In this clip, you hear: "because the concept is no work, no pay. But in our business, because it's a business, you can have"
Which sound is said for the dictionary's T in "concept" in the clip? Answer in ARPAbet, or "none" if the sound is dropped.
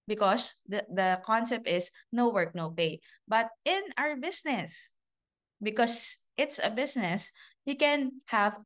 T